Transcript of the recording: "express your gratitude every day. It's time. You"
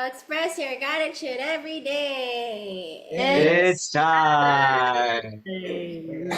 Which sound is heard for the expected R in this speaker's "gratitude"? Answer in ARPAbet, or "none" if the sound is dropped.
none